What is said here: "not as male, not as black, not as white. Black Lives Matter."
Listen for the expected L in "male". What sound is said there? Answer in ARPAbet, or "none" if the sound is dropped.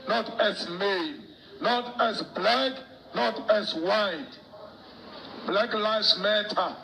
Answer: N